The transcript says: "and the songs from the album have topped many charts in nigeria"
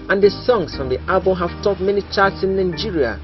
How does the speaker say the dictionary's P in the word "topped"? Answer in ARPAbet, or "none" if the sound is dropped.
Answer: none